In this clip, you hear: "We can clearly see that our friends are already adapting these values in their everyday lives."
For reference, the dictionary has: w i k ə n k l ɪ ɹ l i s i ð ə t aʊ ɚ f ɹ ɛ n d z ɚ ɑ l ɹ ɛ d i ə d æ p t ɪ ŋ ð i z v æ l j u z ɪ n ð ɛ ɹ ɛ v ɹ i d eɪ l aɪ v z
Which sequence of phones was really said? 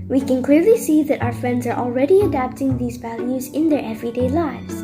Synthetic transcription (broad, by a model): w i k ə n k l ɪ ɹ l i s i ð ə t aʊ ɚ f ɹ ɛ n d z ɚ ɑ l ɹ ɛ d i ə d æ p t ɪ ŋ ð i z v æ l j u z ɪ n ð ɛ ɹ ɛ v ɹ i d eɪ l aɪ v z